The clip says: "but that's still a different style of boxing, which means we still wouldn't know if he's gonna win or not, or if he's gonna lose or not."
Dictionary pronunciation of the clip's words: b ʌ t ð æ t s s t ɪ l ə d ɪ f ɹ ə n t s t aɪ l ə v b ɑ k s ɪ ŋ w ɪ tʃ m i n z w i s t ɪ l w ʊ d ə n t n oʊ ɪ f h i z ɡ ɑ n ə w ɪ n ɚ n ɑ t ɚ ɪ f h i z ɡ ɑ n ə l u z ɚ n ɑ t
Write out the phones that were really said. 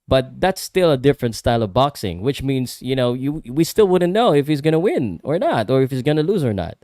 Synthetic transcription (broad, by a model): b ʌ t ð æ t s s t ɪ l ə d ɪ f ɹ ə n t s t aɪ l ə v b ɑ k s ɪ ŋ w ɪ tʃ m i n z w i s t ɪ l w ʊ d n n oʊ ɪ f h i z ɡ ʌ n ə w ɪ n ɚ n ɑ t ɚ ɪ f h i z ɡ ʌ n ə l u z ɚ n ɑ t